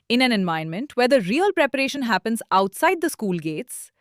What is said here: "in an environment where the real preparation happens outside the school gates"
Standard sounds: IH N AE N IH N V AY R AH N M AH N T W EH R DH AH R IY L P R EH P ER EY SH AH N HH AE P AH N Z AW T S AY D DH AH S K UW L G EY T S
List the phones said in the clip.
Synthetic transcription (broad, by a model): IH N AE N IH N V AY AH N M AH N T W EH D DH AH R IY L P R EH P ER EY SH AH N HH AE P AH N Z AW T S AY D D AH S K UW L G EY T S